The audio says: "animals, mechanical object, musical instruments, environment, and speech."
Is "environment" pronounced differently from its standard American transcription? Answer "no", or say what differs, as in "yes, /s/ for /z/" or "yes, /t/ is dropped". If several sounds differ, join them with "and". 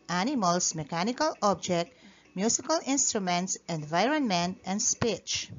no